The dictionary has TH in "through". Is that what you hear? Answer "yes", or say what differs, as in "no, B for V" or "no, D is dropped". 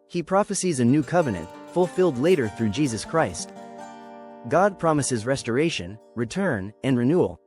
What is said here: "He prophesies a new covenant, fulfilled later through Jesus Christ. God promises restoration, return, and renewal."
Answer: yes